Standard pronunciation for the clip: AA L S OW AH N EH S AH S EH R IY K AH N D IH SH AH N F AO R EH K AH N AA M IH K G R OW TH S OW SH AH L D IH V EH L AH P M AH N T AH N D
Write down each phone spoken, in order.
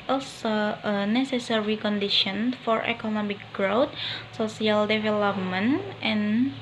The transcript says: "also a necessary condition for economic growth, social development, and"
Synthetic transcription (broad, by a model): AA L S OW AH N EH S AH S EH R IY K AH N D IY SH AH N F AO R EH K AH N AA M IH K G R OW T S OW S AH L D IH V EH L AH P M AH N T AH N